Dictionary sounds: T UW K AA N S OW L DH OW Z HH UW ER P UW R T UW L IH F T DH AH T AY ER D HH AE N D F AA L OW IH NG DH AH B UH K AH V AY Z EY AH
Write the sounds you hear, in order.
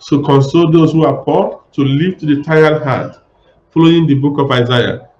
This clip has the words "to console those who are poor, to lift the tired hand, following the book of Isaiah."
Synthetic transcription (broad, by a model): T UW K AA N S OW L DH OW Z HH UW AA P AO T UW L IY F T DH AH T AY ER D HH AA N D F AA L OW IH NG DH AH B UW K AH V AY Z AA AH